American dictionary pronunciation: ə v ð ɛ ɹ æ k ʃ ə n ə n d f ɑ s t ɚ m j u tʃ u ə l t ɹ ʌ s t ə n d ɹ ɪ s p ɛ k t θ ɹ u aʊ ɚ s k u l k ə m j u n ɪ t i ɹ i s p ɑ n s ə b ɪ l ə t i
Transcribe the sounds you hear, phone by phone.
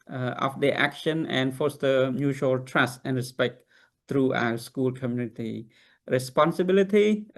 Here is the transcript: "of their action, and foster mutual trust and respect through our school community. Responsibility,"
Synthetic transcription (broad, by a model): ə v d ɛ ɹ æ k ʃ ə n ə n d f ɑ s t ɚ m j u tʃ u ə l t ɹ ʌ s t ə n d ɹ ɪ s p ɛ k t ɹ u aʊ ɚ s k u l k ə m j u n ɪ t i ɹ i s p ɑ n s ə b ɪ l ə t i